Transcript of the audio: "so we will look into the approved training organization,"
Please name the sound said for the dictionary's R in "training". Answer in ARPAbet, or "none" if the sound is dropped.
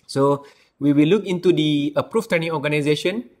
none